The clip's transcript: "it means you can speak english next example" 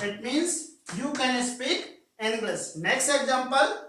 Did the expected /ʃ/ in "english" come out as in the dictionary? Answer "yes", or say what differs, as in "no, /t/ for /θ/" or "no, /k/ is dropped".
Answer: no, /s/ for /ʃ/